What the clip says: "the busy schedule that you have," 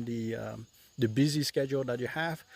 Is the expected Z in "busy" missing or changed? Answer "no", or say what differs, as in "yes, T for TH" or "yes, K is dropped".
no